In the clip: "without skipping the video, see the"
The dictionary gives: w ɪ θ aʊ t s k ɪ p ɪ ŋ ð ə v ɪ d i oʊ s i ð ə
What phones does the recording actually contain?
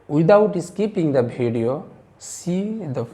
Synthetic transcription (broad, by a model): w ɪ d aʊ t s k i p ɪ ŋ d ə b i d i oʊ s i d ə